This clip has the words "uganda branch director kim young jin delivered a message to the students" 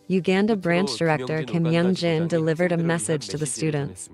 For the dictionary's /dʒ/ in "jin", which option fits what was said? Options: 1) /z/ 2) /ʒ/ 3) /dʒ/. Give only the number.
3